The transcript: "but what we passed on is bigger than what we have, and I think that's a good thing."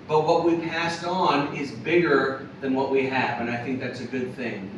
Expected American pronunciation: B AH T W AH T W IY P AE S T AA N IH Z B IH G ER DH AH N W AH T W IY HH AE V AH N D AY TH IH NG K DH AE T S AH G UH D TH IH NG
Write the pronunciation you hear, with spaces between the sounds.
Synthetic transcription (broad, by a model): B AH T W AH T W IY P AE S T N IH Z B IH G ER DH AH N W AH T W IY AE V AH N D AY TH IH NG K DH AE T S AH G UH D TH IH NG